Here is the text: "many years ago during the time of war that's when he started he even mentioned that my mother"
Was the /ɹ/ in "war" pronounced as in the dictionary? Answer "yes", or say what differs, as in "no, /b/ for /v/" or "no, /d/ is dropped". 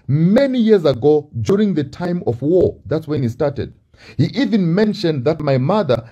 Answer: yes